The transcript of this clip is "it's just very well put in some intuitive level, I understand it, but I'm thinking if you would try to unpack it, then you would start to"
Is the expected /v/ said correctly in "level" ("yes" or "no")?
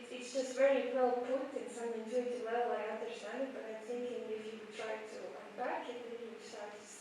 no